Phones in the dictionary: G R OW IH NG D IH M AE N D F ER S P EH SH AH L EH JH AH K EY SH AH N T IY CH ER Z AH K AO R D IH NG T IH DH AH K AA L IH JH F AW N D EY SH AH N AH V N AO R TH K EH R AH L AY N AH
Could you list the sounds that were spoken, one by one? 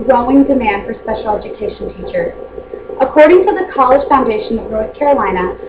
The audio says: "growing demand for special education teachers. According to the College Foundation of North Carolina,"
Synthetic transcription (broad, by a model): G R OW IH NG D IH M AE N D F ER S P EH SH L EH JH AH K EY SH N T IY CH ER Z AH K AO R D IH NG T IH DH AH K AA L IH ZH F AW N D EY SH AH N AH V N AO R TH K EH R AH L AY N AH